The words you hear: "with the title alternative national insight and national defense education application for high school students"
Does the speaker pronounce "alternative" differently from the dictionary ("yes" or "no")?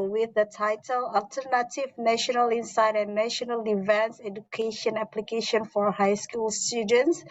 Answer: no